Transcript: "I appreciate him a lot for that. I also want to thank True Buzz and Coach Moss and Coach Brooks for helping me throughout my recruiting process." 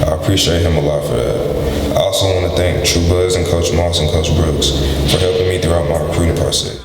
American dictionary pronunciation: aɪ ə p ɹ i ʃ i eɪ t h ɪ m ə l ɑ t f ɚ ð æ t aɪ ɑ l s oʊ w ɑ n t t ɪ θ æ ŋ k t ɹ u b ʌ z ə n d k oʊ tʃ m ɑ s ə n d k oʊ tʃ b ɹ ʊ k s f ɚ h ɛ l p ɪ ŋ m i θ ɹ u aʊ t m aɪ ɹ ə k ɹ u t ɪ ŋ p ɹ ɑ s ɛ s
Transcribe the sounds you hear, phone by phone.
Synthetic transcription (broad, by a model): aɪ ə p ɹ i ʃ i eɪ t h ɪ m ə l ɑ t f ɚ ð æ t aɪ ɑ l s oʊ w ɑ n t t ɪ θ æ ŋ k t ɹ u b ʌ z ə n k oʊ tʃ m ɑ s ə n k oʊ tʃ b ɹ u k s f ɚ h ɛ l p ɪ ŋ m i θ ɹ u aʊ t m aɪ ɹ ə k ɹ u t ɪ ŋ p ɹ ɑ s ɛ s